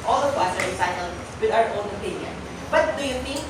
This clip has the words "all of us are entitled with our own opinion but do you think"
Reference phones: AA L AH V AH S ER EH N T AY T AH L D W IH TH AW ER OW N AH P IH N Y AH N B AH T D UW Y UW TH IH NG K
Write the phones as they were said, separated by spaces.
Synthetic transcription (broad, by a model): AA L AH W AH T ER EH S AY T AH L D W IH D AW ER OW N AH P IH N Y AH N B AH T D UW Y UW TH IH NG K